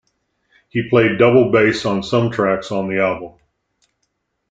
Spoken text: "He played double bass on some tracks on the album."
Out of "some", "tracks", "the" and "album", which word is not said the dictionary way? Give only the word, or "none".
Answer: album